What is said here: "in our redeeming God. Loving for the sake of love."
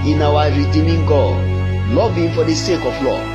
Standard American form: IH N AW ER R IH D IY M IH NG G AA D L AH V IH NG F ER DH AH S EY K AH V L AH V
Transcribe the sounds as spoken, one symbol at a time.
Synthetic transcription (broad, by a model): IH N AW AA R IH D IY M IH NG G AA D L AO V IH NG F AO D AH S EY K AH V L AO